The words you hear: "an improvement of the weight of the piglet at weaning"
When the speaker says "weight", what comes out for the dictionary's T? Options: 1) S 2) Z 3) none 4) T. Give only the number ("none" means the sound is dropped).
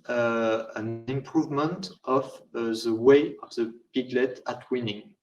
3